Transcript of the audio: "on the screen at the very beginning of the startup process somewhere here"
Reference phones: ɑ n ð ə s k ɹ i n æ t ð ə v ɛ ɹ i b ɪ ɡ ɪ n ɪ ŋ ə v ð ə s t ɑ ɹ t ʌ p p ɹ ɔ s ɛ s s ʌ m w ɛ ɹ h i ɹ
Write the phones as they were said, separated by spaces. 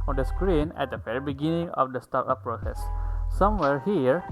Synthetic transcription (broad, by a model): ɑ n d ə s k ɹ i n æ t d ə f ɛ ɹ b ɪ ɡ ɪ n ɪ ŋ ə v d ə s t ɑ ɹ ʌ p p ɹ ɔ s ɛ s s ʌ m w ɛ ɹ h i ɹ